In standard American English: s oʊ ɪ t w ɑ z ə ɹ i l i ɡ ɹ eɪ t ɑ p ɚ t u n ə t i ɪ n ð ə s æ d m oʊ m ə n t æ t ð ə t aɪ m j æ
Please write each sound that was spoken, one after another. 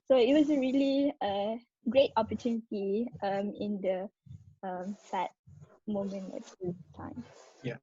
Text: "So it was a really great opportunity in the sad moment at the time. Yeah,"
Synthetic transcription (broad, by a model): s oʊ ɪ t w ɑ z ə ɹ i l i ɡ ɹ eɪ t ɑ p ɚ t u n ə t i ɪ n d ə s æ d m oʊ m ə n æ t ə t aɪ m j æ